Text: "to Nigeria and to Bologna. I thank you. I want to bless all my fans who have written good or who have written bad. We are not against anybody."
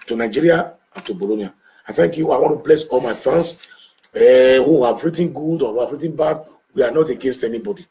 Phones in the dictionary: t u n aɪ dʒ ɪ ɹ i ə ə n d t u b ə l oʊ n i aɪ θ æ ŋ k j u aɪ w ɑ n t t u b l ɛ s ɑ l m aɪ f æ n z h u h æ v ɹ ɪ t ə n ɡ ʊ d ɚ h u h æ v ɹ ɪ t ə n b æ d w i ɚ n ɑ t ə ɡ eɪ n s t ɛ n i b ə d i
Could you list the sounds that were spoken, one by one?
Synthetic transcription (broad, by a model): t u n aɪ dʒ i ɹ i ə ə n t u b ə l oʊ n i aɪ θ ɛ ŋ k j u aɪ w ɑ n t t u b l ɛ s ɑ l m aɪ f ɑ n s h u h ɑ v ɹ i t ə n ɡ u d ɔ h u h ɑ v ɹ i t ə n b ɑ d w i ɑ n ɑ t ə ɡ eɪ n s t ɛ n i b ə d i